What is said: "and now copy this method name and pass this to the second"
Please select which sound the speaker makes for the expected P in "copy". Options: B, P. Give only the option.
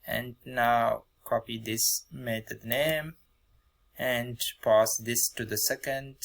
P